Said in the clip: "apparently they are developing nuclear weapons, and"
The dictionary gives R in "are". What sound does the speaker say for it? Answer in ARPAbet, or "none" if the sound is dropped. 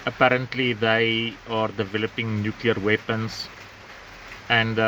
R